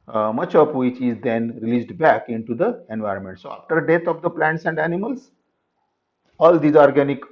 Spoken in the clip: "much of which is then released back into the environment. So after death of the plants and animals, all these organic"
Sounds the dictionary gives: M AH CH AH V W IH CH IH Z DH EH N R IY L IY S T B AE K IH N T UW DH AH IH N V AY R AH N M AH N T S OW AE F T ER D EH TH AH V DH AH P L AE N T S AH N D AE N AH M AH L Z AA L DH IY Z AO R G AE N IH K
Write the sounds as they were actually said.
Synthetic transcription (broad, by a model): M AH CH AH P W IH CH IH Z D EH N R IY L IY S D B AE K IH N T UW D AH IH N V AY R AH N M AH N T S OW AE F T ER D EH T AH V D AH P L AE N T S AH N D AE N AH M AH L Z AA L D IY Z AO R G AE N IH K